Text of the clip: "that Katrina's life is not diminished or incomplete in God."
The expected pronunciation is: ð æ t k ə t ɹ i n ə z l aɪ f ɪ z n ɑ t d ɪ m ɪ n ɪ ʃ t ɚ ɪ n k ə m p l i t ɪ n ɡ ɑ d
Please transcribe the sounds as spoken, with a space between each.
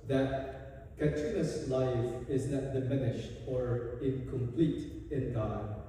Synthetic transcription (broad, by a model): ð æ t k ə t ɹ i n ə s l aɪ f ɪ z n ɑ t d ɪ m ɪ n ɪ ʃ t ɚ ɪ n k ə m p l i t ɪ n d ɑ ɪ